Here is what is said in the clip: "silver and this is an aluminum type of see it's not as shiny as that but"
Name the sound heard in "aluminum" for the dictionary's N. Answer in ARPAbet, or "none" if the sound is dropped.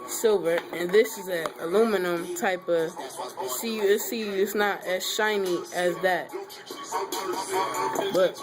N